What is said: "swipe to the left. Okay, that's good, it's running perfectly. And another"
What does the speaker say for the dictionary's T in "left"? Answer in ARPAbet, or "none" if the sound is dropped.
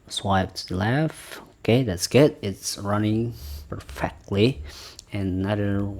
none